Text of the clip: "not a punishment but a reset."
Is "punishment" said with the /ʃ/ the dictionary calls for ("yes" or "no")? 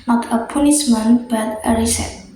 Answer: no